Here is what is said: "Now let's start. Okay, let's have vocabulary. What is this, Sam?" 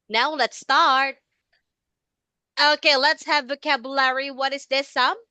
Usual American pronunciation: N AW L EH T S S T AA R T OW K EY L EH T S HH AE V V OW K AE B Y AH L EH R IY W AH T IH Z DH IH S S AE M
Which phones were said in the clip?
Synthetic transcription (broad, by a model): N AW L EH T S S T AA R T OW K EY L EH T S HH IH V V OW K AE B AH L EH R IY W AH T IH Z DH IH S S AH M